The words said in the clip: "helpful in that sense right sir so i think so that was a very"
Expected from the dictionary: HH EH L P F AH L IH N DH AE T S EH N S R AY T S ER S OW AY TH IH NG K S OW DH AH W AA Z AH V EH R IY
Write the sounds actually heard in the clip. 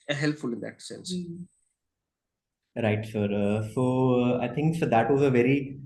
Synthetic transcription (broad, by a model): HH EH L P F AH L IH N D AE T S EH N S R AY T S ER S OW AY T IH NG K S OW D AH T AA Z AH V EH R IY